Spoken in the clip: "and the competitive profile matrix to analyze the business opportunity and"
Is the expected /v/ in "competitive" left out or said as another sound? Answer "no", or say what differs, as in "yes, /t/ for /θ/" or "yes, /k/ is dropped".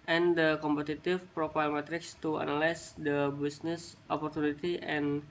yes, /f/ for /v/